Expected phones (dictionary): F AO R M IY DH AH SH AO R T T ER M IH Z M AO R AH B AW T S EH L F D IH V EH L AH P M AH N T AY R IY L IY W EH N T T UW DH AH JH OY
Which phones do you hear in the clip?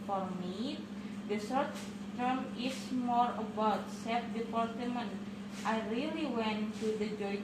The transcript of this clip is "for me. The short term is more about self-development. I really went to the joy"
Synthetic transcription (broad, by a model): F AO R M IY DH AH S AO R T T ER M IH S M AO R AH B AW T S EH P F D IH P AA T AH M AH N T AY R IY L IY W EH N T T UW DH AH JH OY